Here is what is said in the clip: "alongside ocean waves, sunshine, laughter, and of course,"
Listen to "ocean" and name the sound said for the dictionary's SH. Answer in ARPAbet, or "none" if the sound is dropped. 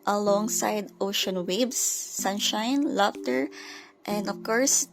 SH